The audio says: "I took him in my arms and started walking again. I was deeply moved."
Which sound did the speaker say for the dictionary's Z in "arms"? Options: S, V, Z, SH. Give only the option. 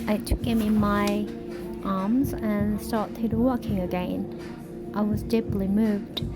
Z